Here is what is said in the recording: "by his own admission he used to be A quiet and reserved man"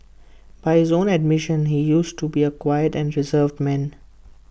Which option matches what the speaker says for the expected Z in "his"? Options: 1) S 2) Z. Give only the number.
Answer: 2